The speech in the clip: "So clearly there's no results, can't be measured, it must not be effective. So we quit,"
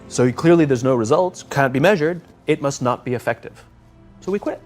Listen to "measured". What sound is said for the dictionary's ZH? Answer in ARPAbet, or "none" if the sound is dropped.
ZH